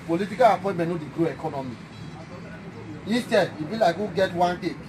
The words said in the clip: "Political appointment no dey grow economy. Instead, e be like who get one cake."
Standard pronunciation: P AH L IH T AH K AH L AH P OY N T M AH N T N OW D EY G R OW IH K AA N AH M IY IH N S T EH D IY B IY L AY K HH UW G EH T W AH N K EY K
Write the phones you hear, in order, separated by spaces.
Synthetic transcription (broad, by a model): P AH L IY T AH K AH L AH P OY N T M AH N N OW D EY G R OW IH K AA N AH M IY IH S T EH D IY B IY L AY K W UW G EH T W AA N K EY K